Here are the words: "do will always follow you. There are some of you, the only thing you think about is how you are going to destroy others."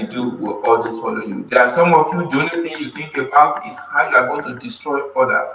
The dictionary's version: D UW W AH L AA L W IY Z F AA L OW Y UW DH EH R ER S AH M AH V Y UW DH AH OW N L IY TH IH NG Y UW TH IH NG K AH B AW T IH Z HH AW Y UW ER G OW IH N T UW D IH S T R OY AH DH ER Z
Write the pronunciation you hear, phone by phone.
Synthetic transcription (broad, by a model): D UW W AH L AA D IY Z F AA L OW Y UW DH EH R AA S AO M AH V Y UW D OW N IY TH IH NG Y UW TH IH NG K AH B AW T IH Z HH AW Y UW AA G OW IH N T UW D IH S T R OY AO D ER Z